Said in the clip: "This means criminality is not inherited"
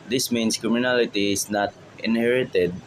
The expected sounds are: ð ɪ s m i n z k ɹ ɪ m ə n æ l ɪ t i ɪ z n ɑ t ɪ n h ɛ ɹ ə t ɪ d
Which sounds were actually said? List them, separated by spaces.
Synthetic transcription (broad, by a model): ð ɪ s m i n s k ɹ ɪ m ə n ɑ l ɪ t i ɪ s n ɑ t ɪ n h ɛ ɹ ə t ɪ d